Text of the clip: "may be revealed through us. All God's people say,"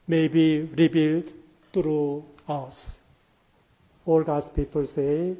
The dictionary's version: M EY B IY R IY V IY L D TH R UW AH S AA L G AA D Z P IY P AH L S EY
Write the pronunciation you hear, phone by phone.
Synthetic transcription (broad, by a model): M EY B IY R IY B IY L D T R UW AH S AA L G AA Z P IY P AH L S EY